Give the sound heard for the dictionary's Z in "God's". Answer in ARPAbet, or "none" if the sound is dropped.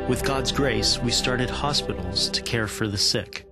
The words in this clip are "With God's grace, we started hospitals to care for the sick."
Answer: Z